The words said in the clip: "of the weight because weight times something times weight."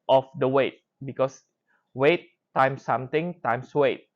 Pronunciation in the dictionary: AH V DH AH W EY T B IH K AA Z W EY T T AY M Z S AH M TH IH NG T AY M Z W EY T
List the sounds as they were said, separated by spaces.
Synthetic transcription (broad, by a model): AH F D AH W EY T B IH K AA S W EY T T AY M S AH M T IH NG T AY M S W EY T